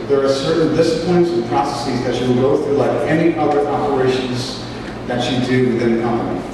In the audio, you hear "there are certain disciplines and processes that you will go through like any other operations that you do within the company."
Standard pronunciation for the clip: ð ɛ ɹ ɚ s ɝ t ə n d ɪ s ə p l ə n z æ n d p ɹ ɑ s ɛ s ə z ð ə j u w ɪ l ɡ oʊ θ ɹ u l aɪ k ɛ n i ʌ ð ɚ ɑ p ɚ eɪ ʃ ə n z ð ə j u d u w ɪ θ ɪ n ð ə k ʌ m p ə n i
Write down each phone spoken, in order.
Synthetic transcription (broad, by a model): ð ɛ ɹ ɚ s ɝ t n d ɪ s ə p l ə n z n p ɹ ɑ s ɛ s ə z ð ə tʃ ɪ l ɡ oʊ θ ɹ u l aɪ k ɛ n i ʌ ð ɚ ɑ p ɚ eɪ ʃ ə n z ð ə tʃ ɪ d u w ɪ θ ɪ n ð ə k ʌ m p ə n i